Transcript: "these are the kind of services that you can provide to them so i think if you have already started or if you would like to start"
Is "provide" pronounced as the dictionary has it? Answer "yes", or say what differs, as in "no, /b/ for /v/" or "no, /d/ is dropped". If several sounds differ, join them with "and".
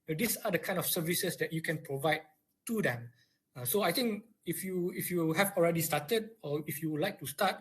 yes